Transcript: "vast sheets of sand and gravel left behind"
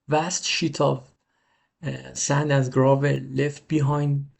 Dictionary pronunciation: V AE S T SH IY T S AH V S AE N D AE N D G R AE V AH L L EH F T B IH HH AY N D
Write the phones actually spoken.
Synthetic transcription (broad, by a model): V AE S T SH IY T AH V S AE N D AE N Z G R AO V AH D L EH F T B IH HH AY N D